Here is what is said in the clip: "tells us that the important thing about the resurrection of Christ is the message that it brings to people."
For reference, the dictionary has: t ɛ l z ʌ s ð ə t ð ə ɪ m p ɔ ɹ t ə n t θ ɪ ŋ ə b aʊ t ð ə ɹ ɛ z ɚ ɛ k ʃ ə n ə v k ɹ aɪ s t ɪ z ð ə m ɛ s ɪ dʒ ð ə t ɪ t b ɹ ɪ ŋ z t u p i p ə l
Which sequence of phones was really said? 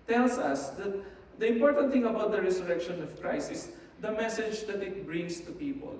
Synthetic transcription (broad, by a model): t ɛ l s ʌ s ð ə t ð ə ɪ m p ɔ ɹ t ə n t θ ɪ ŋ ə b aʊ t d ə ɹ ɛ s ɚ ɛ k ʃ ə n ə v k ɹ aɪ s ɪ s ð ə m ɛ s ɪ dʒ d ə t ɪ t b ɹ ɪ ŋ s t u p i p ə l